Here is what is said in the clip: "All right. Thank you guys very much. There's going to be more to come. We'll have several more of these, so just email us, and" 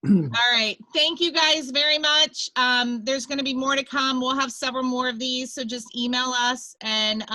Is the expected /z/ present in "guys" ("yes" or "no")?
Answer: yes